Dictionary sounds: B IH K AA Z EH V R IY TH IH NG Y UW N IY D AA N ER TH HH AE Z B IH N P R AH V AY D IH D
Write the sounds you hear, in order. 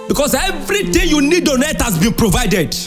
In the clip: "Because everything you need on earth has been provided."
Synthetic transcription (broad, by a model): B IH K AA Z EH V R IY T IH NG Y UW N IY D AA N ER T HH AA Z B IH N P R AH V AY D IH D